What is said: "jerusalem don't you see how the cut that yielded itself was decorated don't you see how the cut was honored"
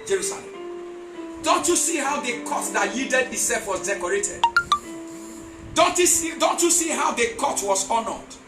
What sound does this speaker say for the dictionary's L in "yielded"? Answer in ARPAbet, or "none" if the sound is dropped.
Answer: none